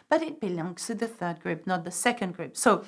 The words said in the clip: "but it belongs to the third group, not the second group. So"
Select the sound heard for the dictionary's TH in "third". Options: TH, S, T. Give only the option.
TH